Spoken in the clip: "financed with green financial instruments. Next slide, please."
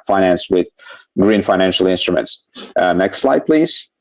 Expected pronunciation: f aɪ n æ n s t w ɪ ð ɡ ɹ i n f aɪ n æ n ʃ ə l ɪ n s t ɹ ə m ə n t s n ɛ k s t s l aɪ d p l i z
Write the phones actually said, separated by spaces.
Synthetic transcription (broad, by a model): f aɪ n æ n s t w ɪ ð ɡ ɹ i n f aɪ n æ n ʃ ə l ɪ n s t ɹ ə m ə n t s n ɛ k s t s l aɪ d p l i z